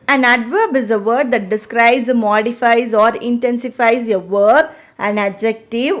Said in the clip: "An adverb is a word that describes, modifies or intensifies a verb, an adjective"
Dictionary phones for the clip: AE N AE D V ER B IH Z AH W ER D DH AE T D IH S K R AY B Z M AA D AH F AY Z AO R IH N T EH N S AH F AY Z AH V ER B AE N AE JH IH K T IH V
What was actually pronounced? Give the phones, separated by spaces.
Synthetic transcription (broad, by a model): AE N AE D V ER B IH Z AH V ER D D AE T D IH S K R AY B Z M AA D AH F AY Z AO R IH N T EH N S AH F AY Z AH V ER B AE N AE JH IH K T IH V